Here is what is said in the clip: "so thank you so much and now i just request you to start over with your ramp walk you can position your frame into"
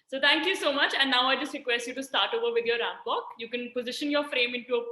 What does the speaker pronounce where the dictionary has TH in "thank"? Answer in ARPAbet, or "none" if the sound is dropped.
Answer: T